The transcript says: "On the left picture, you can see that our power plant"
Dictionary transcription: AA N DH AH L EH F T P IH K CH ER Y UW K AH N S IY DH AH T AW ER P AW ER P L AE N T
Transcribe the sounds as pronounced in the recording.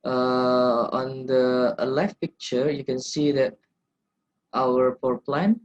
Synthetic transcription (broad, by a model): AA N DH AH L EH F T P IH K CH ER Y UW K AH N S IY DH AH T AW ER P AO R P L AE N